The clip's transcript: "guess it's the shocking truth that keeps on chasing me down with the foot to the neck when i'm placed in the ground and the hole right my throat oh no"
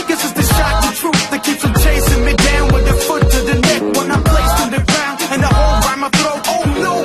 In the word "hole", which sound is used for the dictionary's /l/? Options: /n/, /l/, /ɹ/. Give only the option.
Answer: /l/